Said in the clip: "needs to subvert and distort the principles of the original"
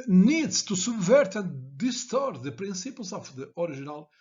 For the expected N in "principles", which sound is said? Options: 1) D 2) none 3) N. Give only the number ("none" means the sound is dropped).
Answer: 2